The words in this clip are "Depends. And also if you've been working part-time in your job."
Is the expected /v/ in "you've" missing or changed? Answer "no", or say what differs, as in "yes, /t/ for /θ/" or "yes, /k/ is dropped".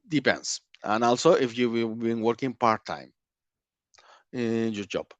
yes, /w/ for /v/